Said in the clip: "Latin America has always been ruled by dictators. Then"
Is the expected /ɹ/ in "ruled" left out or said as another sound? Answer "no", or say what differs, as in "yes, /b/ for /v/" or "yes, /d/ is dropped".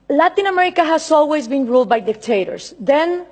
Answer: no